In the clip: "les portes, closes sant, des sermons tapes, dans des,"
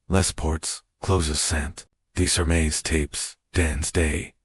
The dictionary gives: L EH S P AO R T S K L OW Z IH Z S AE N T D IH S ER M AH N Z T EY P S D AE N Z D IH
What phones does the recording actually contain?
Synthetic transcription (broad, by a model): L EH S P AO R T S K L OW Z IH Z S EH N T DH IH S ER M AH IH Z T EY P S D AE N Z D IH